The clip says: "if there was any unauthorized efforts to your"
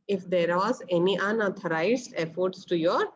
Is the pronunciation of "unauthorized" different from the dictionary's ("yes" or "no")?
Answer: yes